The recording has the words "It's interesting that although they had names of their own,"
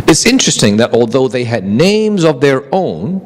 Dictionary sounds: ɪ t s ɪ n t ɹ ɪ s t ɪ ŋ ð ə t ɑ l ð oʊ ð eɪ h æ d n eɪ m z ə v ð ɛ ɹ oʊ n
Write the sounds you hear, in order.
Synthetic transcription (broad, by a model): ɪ t s ɪ n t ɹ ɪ s t ɪ ŋ ð ə t ɑ l ð oʊ ð eɪ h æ d n eɪ m z ə v ð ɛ ɹ oʊ n